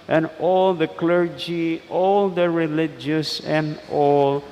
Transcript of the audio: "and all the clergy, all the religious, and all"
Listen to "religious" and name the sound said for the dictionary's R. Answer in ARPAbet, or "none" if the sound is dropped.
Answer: R